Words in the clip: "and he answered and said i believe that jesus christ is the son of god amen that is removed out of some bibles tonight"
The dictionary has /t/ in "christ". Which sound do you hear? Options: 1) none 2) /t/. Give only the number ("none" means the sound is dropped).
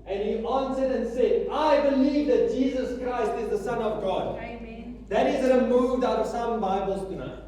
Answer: 2